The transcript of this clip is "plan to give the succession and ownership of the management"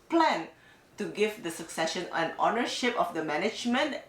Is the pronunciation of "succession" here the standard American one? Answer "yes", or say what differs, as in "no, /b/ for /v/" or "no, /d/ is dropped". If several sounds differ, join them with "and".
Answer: yes